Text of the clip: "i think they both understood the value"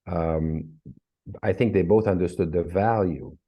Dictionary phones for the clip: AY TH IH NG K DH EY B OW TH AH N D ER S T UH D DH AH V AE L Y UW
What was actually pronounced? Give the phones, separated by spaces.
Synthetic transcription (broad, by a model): AY TH IH NG K DH EY B OW TH AH N D ER S T UH D DH AH V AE L Y UW